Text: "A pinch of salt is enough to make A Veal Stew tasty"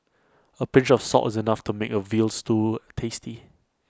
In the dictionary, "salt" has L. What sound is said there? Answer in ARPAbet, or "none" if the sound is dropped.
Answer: none